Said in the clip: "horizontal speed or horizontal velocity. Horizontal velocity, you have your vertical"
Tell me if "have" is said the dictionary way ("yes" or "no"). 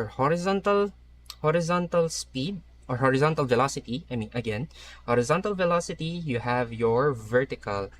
yes